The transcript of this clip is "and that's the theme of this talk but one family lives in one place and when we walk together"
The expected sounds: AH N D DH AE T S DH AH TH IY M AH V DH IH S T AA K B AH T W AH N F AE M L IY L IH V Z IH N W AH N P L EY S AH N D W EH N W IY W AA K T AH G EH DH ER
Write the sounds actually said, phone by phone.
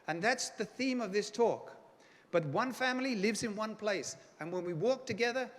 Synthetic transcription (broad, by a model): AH N DH AE T S DH AH TH IY M AH V DH IH S T AA K B AH T W AH N F AE M L IY L IH V Z IH N W AH N P L EY S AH N W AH N W IY W AA K T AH G EH DH ER